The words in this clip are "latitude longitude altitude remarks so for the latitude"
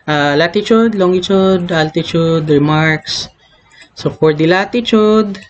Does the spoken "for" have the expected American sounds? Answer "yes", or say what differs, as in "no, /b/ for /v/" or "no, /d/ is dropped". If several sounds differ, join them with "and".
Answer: no, /p/ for /f/